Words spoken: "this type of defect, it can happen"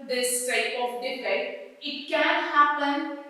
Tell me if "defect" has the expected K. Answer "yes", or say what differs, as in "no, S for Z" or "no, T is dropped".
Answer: no, K is dropped